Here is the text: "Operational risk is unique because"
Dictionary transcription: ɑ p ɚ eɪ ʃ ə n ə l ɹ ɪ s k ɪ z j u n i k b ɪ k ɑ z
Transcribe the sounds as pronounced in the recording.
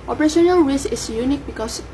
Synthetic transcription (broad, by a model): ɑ p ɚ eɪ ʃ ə n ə l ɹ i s ɪ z j u n i k b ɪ k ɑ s